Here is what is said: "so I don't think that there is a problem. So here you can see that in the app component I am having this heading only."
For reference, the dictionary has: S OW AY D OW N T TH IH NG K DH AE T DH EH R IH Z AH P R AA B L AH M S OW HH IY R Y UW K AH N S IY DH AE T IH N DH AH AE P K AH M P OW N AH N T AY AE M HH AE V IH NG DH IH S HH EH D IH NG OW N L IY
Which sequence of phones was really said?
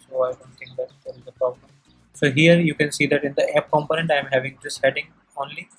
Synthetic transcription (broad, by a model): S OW AY D OW N T T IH NG K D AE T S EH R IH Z AH P R AA B L AH M S OW HH IY R Y UW K AH N S IY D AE T IH N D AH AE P K AH M P OW N AH N T AY M HH AE V IH NG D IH S HH EH D IH NG OW N L IY